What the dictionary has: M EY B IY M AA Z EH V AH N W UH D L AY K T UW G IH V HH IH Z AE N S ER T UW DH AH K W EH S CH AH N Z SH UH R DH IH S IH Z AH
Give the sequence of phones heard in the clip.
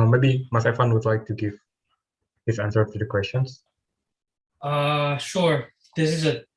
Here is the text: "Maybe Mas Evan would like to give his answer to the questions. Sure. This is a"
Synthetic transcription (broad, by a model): M EY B IY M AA S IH F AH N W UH D L AY K T UW G IH V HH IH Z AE N S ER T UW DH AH K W EH S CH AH N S SH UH R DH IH S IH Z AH